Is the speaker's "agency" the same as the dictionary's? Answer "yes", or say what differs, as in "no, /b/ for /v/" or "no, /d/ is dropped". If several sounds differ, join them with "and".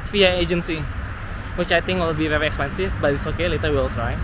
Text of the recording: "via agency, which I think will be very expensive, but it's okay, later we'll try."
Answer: yes